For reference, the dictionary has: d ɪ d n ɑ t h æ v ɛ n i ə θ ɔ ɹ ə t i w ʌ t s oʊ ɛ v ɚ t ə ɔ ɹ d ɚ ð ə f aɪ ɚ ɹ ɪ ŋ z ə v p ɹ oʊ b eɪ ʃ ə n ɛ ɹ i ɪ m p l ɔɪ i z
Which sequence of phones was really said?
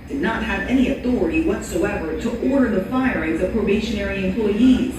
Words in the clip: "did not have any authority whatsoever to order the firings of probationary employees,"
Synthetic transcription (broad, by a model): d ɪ d n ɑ t h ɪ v ɛ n i ə θ ɔ ɹ ə t i w ʌ t s oʊ ɛ v ɚ t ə ɔ ɹ d ɚ ð ə f aɪ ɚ ɹ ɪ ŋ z ə v p ɹ oʊ b eɪ ʃ ə n ɛ ɹ i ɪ m p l ɔɪ i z